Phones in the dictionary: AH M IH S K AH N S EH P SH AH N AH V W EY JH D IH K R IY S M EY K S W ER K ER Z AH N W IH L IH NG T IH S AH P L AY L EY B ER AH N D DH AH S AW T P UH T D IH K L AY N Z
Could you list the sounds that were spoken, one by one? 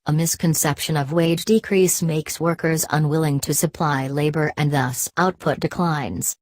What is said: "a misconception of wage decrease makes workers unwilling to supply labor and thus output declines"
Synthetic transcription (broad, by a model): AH M IH S K AH N S EH P SH AH N AH V W EY JH D IH K R IY S M EY K S W ER K ER Z AH N W IH L IH NG T IH S AH P L AY L EY B ER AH N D DH AH S AW T P UH T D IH K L AY N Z